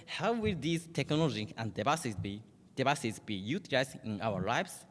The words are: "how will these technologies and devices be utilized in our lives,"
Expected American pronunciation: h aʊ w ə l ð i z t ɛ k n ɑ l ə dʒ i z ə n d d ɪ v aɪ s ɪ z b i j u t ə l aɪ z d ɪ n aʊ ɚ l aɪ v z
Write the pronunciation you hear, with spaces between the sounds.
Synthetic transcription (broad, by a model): h aʊ w ə l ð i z t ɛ k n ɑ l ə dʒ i ə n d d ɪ b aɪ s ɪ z b i j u t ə l aɪ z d ɪ n aʊ ɚ l aɪ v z